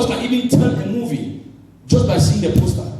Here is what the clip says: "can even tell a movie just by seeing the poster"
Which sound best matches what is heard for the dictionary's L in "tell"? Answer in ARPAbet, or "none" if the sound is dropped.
N